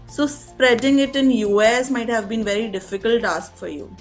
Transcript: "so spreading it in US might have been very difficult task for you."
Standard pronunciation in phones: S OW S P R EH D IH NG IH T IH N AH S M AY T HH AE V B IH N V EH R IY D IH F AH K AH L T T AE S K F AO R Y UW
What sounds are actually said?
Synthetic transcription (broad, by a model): S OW S P R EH D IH NG IH T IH N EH S M AY T HH AE V B IH N V EH R IY D IH F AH K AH L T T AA S K F AO R Y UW